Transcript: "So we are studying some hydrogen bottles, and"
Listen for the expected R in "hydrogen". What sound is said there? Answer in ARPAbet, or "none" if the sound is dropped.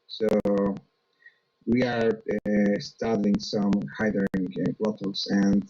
none